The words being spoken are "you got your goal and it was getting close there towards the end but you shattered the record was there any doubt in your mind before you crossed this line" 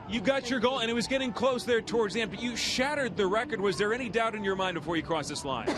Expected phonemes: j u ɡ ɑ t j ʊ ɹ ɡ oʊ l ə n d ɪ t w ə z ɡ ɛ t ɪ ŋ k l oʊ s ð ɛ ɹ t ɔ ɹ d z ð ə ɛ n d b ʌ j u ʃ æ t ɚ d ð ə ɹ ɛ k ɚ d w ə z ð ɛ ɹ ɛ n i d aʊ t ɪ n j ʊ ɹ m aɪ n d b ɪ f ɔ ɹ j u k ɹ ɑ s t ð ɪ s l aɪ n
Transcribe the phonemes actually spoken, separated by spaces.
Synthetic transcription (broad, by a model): j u ɡ ɑ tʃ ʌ ɹ ɡ oʊ l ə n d ɪ t w ə z ɡ ɛ t ɪ ŋ k l oʊ s ð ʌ ɹ t ɔ ɹ d z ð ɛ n b ʌ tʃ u ʃ æ t ɚ d ð ə ɹ ɛ k ɚ d w ə z ð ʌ ɹ ɛ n i d aʊ t ɪ n j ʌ ɹ m aɪ n d b ɪ f ɔ ɹ j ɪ k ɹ ɑ s ð ɪ s l aɪ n